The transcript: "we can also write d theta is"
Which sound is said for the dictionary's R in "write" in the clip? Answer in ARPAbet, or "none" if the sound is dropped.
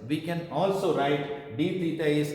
R